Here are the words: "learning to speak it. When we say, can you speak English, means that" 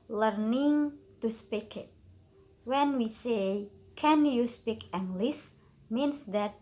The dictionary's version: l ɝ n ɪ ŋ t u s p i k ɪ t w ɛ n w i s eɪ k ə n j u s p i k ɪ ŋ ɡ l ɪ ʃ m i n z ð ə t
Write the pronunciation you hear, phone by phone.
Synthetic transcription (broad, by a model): l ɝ n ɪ ŋ t u s p i k ɪ t w ɛ n w i s eɪ k ə n j u s p i k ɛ ŋ ɡ l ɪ s m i n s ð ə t